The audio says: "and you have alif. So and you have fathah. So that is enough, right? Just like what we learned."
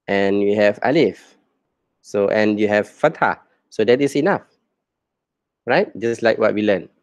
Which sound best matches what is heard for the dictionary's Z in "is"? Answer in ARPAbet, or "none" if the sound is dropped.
S